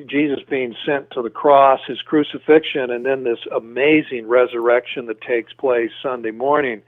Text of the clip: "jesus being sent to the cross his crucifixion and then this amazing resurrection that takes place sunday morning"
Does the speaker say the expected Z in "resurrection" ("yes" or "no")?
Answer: yes